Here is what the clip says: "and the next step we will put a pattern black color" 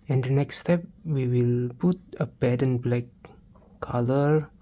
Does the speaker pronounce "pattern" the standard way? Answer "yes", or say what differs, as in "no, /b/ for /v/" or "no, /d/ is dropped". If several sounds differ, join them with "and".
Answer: no, /b/ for /p/